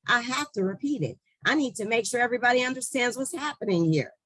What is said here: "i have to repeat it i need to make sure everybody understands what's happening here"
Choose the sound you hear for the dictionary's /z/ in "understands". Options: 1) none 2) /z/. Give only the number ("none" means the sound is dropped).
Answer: 2